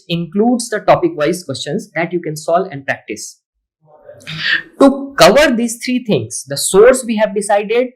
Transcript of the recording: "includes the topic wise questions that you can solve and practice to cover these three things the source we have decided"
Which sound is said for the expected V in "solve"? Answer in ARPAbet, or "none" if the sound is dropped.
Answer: none